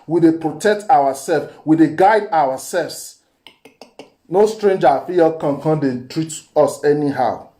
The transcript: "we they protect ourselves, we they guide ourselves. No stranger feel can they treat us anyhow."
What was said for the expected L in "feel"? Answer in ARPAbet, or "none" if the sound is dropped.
N